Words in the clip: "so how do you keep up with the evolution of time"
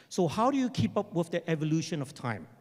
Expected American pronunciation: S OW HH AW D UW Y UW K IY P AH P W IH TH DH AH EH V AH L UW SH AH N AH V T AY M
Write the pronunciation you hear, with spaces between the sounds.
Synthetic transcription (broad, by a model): S OW HH AW D UW Y UW K IY P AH P W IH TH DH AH EH V AH L UW SH AH N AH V T AY M